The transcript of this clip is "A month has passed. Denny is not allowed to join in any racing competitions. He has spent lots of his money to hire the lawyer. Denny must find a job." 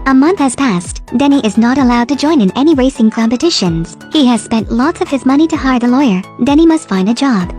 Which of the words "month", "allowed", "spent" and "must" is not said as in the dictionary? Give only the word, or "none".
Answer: none